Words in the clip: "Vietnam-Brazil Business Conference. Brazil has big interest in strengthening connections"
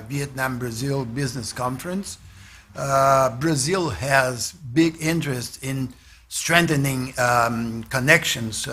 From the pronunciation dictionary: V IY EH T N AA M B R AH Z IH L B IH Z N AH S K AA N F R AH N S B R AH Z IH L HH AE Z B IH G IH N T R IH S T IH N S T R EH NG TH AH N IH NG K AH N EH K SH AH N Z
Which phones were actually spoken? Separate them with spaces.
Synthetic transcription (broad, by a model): V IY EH T N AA M B R AH Z IH L B IH Z N AH S K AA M F R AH N S B R AH Z IH L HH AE Z B IH G IH N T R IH S T IH N S T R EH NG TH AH N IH NG K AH N EH K SH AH N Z